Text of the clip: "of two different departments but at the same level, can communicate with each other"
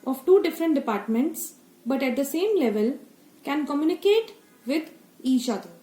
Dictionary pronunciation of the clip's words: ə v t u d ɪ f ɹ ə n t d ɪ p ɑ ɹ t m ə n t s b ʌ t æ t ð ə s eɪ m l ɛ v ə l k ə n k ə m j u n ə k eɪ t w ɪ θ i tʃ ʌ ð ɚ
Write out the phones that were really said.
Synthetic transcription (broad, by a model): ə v t u d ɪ f ɹ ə n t d ɪ p ɑ ɹ t m ə n t s b ʌ t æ t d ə s eɪ m l ɛ v ə l k ə n k ə m j u n ə k eɪ t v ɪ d i ʃ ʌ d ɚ